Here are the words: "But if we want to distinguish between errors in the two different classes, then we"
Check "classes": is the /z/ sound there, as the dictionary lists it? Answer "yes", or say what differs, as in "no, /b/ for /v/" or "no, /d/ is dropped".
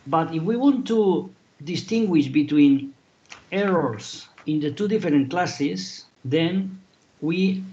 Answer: no, /s/ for /z/